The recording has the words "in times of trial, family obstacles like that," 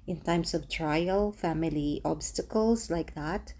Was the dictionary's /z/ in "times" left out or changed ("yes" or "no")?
yes